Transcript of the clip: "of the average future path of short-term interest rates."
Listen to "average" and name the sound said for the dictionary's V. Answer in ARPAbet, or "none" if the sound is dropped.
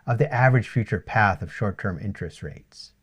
V